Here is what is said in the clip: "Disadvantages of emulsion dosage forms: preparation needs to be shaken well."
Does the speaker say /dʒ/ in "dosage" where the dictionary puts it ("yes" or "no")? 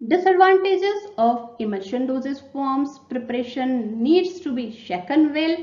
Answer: no